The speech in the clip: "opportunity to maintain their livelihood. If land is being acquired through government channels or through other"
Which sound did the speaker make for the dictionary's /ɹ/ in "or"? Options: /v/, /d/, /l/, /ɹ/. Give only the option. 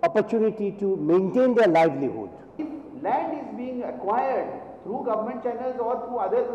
/ɹ/